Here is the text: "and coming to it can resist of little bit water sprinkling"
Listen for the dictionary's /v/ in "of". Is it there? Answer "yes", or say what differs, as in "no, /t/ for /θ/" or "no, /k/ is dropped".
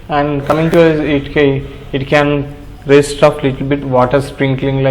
no, /p/ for /v/